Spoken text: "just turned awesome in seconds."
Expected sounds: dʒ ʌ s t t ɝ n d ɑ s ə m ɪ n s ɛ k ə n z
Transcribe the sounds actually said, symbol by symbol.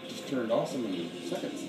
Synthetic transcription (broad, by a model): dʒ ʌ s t t ɝ n d ɑ s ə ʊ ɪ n s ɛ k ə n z